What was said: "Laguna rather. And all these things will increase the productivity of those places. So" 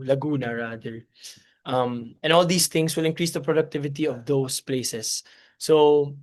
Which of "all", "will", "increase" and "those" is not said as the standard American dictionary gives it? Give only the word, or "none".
those